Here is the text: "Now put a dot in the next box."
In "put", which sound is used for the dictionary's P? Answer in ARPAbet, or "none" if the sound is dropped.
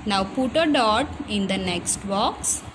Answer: P